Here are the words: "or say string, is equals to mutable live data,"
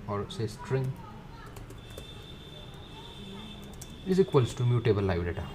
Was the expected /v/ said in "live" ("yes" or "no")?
no